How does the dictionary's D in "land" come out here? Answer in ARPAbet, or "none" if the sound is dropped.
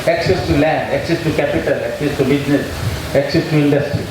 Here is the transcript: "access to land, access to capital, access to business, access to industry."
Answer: D